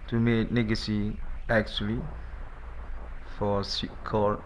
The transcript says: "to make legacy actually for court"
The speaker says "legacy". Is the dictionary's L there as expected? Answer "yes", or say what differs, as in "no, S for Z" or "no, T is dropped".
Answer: no, N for L